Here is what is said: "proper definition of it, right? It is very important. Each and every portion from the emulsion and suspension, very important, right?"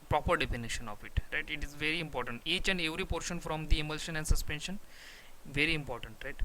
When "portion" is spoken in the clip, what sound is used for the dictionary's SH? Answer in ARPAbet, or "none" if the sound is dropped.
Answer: SH